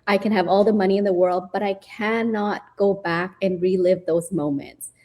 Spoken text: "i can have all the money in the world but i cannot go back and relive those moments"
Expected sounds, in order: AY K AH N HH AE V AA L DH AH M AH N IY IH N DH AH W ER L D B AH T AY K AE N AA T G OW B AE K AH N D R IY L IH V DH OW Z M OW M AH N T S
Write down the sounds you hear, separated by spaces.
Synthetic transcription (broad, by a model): AY K AH N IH V AA L DH AH M AH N IY IH N DH AH W ER L D B AH T AY K AE N AA T G OW B AE K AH N R IY L IH V DH OW Z M OW M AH N T S